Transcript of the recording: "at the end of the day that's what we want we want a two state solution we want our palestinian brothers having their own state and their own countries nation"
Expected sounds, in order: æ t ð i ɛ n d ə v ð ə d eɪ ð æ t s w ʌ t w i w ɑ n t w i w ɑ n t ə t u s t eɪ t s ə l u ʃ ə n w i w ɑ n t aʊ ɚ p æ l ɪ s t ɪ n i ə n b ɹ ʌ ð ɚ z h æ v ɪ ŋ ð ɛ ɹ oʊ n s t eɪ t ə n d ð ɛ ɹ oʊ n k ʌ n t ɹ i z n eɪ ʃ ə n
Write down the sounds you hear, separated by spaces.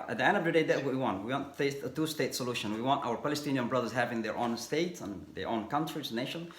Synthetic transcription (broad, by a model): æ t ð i ɛ n d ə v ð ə d eɪ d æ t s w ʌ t w i w ɑ n t w i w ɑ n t ə t u s t eɪ t s ə l u ʃ ə n w i w ɑ n t aʊ ɚ p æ l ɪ s t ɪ n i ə n b ɹ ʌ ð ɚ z h æ v ɪ ŋ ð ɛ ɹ oʊ n s t eɪ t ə n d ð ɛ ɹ oʊ n k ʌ n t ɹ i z n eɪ ʃ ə n